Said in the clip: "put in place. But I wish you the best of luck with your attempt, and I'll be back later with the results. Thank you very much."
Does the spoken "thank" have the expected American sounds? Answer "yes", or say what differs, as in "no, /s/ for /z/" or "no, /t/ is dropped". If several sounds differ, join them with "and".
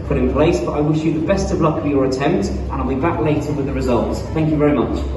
yes